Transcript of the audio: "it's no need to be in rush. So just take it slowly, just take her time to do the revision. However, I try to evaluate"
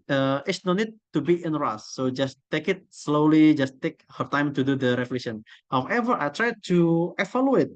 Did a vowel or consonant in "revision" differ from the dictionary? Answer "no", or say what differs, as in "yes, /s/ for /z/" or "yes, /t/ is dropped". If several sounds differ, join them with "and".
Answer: yes, /ʃ/ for /ʒ/